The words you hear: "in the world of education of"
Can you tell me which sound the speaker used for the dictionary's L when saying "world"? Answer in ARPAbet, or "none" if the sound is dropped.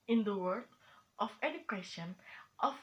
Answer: none